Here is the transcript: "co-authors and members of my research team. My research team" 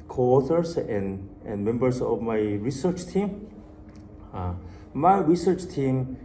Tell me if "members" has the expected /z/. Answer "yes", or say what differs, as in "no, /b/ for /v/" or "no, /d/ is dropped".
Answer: no, /s/ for /z/